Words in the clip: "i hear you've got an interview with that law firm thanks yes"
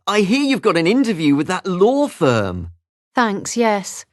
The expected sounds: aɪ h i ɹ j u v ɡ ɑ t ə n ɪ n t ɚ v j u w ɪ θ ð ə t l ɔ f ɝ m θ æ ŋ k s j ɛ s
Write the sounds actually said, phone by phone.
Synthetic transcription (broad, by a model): aɪ h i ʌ j u v ɡ ɑ t ə n ɪ n t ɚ v j u w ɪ ð ə t l ɔ f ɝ m θ æ ŋ k s j ɛ s